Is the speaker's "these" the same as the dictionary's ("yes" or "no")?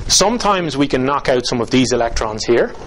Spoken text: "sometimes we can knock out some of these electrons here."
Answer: yes